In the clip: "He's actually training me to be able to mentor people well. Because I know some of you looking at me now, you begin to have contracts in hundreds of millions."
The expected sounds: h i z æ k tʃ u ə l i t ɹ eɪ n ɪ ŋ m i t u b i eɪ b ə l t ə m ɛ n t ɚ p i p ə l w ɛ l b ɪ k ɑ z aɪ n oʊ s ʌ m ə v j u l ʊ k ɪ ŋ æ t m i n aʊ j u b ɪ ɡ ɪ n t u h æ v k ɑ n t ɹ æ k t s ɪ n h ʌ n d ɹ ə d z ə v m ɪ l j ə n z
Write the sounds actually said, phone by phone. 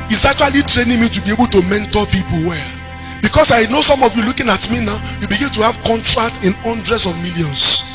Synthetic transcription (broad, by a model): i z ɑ k tʃ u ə l i t ɹ eɪ n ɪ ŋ m i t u b i eɪ b ə l t ə m ɛ n t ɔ p i p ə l w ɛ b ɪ k ɑ s aɪ n oʊ s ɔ m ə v j u l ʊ k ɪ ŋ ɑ t m i n aʊ j u b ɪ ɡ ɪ n t u h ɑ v k ɑ n t ɹ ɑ k t ɪ n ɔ n d ɹ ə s ə v m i l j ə n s